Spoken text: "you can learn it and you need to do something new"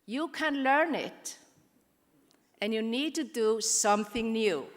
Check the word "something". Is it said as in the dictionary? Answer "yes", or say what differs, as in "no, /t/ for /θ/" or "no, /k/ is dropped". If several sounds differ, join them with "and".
yes